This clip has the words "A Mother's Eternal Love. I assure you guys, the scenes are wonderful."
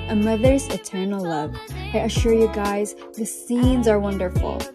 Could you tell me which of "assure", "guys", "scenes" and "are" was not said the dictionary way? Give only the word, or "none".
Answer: none